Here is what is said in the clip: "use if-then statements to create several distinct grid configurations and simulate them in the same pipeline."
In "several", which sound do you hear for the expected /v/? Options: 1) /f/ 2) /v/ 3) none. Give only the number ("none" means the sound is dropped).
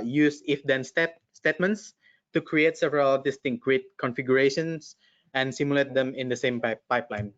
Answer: 2